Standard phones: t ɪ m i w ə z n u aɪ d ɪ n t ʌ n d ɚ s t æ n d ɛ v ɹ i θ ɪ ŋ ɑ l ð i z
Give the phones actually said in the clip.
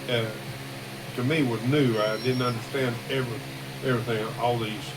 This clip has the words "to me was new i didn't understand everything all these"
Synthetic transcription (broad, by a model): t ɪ m i w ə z n u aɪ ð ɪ n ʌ n d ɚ s t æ n d ɛ v ɹ i θ ɪ ŋ ɑ l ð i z